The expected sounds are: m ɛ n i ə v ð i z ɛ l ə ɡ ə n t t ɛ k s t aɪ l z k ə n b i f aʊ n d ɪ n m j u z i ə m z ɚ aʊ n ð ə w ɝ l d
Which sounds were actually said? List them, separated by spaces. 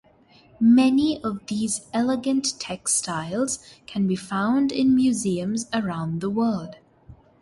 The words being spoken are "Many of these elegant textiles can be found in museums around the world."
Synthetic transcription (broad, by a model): m ɛ n i ə v ð i z ɛ l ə ɡ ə n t t ɛ k s t aɪ l z k ə n b i f aʊ n d ɪ n m j u z i ə m z ɚ aʊ n ð ə w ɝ l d